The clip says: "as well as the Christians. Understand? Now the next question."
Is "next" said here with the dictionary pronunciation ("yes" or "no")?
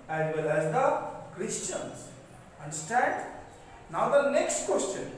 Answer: yes